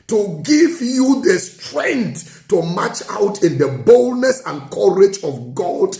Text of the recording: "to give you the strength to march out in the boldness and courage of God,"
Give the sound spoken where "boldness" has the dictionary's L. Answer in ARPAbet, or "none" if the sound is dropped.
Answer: L